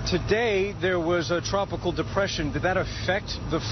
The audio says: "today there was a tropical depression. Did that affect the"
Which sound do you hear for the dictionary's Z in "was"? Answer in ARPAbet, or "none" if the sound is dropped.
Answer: Z